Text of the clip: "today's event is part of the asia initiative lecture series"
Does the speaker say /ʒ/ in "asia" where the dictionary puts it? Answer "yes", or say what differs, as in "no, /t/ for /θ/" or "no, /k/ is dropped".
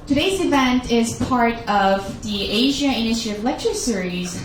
yes